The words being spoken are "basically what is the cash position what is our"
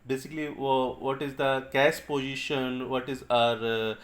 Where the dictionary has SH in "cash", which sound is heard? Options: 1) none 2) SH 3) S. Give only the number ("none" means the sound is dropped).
3